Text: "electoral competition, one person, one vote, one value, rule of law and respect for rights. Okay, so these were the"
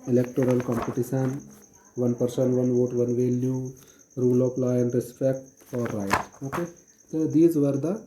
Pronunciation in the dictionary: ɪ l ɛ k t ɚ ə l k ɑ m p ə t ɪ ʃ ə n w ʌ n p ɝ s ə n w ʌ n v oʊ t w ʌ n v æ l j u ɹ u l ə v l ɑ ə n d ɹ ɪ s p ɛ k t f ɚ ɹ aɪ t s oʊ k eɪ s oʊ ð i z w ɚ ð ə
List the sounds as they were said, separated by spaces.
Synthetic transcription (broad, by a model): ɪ l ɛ k t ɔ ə l k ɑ m p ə t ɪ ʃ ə n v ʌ n p ɝ s ə n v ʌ n v oʊ t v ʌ n v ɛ l j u ɹ u l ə p l ɑ ə n d ɹ ɪ s p ɛ k t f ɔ ɹ aɪ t oʊ k eɪ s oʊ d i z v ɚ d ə